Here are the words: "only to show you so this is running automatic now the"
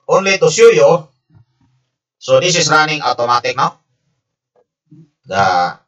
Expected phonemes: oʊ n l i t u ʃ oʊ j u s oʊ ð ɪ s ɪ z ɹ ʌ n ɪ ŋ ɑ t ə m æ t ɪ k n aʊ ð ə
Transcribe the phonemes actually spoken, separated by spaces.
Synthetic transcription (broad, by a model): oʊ n l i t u s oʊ j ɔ s oʊ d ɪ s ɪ s ɹ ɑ n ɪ ŋ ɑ t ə m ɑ t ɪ k n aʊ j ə